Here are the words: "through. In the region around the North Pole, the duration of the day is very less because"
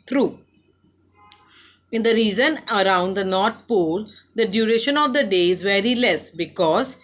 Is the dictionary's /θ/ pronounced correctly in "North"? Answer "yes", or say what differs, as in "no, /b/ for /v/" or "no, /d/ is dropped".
no, /t/ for /θ/